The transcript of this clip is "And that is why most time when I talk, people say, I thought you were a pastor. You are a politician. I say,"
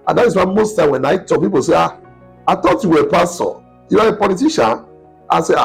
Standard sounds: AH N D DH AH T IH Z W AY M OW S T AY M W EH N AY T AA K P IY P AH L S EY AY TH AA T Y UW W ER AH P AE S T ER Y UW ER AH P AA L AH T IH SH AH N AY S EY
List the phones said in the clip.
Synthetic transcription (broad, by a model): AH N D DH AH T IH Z W AY M OW S T AY M W EH N AY T AA K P IY P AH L S EY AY T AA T Y UW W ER AH P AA S T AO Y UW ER AH P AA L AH T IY SH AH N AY S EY